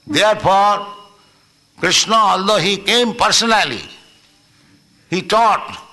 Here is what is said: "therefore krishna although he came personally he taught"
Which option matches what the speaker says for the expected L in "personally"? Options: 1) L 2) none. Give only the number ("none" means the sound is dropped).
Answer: 1